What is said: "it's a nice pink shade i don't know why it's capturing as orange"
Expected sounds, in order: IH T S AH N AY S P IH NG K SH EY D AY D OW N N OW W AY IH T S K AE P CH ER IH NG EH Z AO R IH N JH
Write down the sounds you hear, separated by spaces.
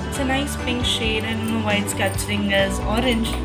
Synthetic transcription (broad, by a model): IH T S AH N AY S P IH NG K SH EY D AY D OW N N OW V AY IH T S K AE CH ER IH NG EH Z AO R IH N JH